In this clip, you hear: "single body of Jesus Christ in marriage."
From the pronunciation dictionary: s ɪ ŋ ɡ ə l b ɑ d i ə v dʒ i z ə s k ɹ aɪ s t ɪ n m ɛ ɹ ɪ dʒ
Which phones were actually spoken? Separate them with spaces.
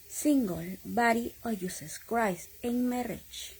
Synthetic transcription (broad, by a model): s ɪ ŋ ɡ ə l b ɑ d i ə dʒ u s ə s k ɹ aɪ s ɪ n m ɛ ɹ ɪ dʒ